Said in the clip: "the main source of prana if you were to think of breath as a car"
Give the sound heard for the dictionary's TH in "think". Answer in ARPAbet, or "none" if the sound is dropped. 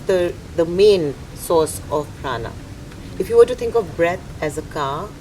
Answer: T